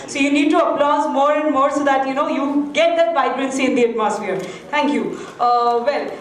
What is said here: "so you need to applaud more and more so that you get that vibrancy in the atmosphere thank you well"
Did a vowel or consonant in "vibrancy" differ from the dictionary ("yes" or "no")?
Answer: yes